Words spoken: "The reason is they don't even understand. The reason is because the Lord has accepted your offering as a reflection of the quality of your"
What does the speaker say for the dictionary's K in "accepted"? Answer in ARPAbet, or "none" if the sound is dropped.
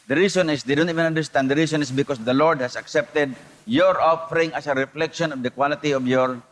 K